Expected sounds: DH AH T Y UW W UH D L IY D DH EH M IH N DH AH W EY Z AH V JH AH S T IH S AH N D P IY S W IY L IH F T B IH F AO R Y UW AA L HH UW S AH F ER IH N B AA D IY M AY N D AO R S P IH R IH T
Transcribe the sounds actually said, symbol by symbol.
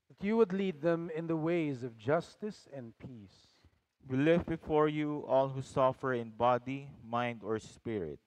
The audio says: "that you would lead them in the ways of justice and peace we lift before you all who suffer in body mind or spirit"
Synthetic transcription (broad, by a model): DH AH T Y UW W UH D L IY D DH EH M IH N DH AH W EY Z AH V JH AH S T IH S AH N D P IY S W IY L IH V B IH F AO R Y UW AA L HH UW S AH F ER IH N B AA D IY M AY N D AO R S P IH R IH T